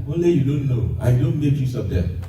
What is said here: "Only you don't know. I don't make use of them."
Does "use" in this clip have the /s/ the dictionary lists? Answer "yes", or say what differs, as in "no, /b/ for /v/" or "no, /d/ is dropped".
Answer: yes